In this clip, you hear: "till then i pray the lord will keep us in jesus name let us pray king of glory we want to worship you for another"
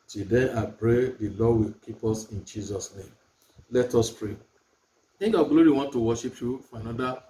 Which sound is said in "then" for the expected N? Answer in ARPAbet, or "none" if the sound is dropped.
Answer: none